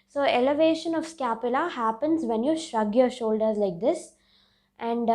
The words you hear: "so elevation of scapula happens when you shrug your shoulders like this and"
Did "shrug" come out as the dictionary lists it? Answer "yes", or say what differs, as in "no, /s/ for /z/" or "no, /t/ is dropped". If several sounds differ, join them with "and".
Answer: yes